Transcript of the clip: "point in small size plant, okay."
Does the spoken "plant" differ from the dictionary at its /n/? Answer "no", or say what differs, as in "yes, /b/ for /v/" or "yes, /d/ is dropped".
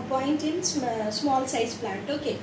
yes, /n/ is dropped